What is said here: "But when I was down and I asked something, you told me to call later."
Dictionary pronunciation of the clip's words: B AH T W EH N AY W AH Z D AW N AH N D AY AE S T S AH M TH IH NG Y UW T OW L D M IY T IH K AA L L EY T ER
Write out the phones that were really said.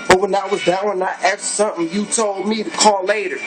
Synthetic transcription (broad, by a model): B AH T W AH N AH W AH Z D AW AH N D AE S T S AH M TH IH NG Y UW T OW L D M IY T IH K AA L L EY T ER